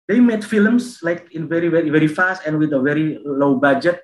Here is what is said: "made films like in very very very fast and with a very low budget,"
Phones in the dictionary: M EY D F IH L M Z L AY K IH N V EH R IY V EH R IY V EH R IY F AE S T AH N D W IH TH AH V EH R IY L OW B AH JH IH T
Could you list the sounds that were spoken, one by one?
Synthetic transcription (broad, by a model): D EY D F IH L M S L AY K IH N V EH R IY V EH R IY V EH R IY F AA S T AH N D W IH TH AH V EH R IY L OW B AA JH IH T